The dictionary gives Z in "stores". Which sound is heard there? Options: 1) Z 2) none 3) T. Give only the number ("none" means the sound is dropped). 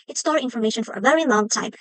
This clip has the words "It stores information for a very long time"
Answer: 2